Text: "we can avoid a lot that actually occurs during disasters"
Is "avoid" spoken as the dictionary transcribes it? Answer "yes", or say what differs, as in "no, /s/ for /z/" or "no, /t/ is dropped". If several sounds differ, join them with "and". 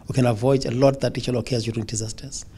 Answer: yes